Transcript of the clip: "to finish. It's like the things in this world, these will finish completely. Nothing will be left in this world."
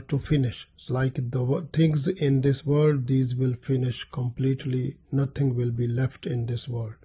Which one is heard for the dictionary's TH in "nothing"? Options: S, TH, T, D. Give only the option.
T